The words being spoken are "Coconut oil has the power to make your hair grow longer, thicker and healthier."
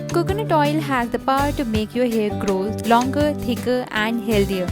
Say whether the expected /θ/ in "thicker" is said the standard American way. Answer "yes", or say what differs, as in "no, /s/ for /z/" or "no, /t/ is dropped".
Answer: no, /t/ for /θ/